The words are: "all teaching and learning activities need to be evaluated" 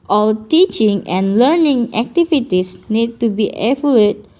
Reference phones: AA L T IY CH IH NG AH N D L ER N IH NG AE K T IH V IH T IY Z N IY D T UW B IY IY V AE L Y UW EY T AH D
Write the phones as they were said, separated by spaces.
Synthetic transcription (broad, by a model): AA L T IY CH IH NG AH N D L ER N IH NG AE K T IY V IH T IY S N IY D T UW B IY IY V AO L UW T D